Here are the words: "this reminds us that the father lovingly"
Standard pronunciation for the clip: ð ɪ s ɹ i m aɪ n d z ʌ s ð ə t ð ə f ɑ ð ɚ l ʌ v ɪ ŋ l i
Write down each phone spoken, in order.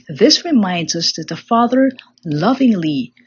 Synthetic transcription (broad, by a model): ð ɪ s ɹ i m aɪ n d z ʌ s ð ə t ð ə f ɑ ð ɚ l ʌ v ɪ ŋ l i